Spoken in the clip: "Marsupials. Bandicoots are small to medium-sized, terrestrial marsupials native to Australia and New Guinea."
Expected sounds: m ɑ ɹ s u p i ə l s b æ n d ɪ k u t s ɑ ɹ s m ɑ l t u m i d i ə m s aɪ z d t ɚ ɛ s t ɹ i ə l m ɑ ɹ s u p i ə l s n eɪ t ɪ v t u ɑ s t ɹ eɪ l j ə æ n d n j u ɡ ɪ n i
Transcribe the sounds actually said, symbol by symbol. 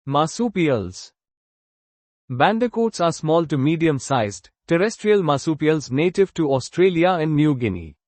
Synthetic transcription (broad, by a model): m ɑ s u p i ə l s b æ n d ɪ k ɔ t s ɑ ɹ s m ɑ l t u m i d i ə m s aɪ z d t ɚ ɛ s t ɹ i ə l m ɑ s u p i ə l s n eɪ t ɪ v t u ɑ s t ɹ eɪ l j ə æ n d n j u ɡ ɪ n i